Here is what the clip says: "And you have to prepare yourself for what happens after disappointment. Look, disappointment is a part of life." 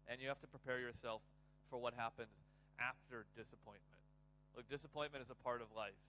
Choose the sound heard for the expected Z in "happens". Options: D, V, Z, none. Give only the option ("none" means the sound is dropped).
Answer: Z